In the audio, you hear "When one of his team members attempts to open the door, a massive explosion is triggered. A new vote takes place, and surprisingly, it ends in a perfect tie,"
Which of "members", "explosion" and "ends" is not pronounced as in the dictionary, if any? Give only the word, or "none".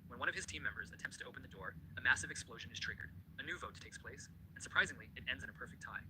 none